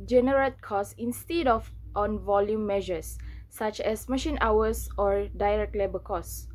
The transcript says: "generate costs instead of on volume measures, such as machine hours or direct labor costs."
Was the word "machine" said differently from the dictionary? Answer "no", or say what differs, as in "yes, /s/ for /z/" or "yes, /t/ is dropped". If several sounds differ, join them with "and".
no